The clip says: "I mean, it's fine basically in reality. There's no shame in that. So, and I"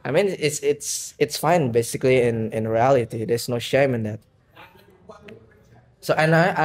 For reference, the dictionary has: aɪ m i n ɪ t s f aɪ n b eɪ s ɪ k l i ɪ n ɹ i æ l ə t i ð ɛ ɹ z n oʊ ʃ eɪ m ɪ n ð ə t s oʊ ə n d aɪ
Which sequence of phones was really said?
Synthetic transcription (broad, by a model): aɪ m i n ɪ t s f aɪ n b eɪ s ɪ k l i ɪ n ɹ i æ l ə t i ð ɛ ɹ s n oʊ ʃ eɪ m ɪ n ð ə t s oʊ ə n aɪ